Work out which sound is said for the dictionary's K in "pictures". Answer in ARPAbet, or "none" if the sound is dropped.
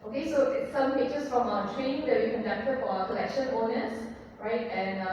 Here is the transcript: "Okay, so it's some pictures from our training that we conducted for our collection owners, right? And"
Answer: none